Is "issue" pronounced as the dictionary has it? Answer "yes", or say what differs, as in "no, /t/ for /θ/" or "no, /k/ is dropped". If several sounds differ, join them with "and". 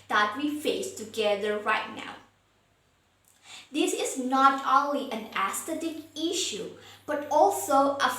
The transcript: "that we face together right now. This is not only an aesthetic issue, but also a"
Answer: yes